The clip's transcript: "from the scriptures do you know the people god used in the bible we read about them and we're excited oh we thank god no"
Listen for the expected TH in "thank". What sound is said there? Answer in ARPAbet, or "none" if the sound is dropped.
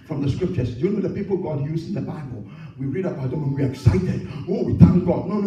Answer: T